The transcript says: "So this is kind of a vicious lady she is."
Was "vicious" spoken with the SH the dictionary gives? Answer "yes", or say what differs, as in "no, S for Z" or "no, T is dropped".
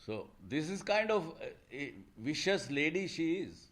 yes